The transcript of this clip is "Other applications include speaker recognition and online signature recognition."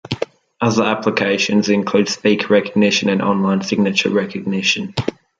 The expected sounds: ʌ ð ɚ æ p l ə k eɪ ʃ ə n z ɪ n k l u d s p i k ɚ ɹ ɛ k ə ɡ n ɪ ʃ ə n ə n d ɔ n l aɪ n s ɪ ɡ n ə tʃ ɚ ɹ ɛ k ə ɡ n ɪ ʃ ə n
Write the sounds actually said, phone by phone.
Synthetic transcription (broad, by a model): ʌ ð ɚ æ p l ə k eɪ ʃ ə n z ɪ n k l u d s p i k ɹ ɛ k ə ɡ n ɪ ʃ ə n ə n ɔ n l aɪ n s ɪ ɡ n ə tʃ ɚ ɹ ɛ k ə ɡ n ɪ ʃ ə n